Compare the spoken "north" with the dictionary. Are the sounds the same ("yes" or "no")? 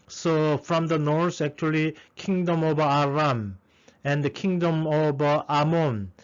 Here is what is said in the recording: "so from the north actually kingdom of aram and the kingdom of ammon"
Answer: no